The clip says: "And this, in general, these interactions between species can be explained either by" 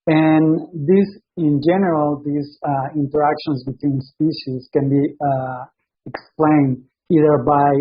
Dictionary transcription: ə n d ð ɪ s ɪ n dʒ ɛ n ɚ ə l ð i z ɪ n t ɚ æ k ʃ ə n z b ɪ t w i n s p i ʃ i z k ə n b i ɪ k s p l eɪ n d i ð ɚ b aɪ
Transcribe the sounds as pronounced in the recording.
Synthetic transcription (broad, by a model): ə n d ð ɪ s ɪ n dʒ ɛ n ɚ ə l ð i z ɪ n t ɚ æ k ʃ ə n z b ɪ t w i n s p i ʃ i z k ə n b i ɪ k s p l eɪ n d i ð ɚ b aɪ